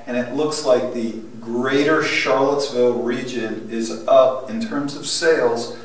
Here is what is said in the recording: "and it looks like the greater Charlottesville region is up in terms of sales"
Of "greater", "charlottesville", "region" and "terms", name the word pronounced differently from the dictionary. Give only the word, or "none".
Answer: none